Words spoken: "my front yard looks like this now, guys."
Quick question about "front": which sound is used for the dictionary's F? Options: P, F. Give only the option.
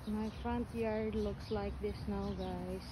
F